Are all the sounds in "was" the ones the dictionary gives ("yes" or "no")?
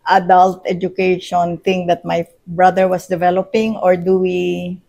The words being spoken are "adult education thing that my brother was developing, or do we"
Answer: no